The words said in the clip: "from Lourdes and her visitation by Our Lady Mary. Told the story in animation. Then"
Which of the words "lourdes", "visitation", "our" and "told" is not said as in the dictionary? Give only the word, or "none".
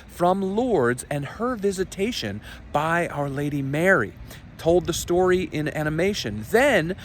none